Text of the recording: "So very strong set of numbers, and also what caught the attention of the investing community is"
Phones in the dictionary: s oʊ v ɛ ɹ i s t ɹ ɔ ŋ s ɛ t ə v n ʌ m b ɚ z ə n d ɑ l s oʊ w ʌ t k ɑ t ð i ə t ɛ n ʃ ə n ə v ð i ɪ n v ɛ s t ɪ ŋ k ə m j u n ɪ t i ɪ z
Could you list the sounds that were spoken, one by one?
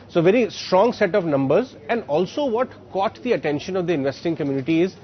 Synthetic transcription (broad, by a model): s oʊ v ɛ ɹ i s t ɹ ɔ ŋ s ɛ t ə v n ʌ m b ɚ z ə n d ɑ l s oʊ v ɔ t k ɑ t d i ə t ɛ n ʃ ə n ə v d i ɪ n v ɛ s t ɪ ŋ k ə m j u n ɪ t i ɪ z